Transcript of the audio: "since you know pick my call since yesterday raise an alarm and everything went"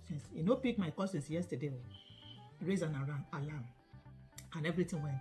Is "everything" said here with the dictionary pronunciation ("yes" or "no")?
no